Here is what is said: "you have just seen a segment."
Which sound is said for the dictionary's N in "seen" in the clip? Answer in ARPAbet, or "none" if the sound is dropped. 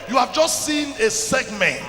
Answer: N